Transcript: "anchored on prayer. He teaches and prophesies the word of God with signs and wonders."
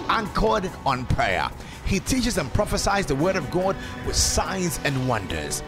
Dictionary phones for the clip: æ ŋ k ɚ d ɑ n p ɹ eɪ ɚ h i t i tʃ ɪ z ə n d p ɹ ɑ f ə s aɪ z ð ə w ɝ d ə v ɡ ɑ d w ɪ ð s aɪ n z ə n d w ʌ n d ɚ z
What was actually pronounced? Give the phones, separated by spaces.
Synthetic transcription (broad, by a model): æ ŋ k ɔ d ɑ n p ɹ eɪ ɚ h i t i tʃ ɪ z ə n p ɹ ɑ f ə s aɪ z ð ə w ɝ d ə v ɡ ɑ d w ɪ ð s aɪ n z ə n w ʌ n d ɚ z